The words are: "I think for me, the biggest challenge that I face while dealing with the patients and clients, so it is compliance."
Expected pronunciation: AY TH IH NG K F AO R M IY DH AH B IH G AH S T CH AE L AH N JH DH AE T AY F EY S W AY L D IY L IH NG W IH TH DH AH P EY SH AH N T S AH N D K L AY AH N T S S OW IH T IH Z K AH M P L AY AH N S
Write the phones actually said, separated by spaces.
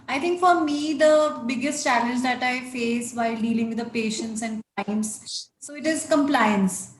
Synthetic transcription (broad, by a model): AY T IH NG K F AO R M IY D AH B IH G AH S T CH AE L AH N JH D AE T AY F EY S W AY L D IY L IH NG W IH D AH P EY SH AH N T S AH N D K AY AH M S S OW IH T IH Z K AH M P L AY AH N S